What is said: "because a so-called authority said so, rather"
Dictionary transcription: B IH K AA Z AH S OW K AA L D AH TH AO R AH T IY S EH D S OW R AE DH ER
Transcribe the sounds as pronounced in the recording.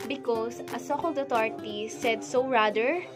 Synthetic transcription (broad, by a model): B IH K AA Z AH S OW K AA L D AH T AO R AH T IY S EH D S OW R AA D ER